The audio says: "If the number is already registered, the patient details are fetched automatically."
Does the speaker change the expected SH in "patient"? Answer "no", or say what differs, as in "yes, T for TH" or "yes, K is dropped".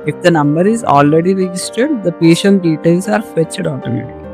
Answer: no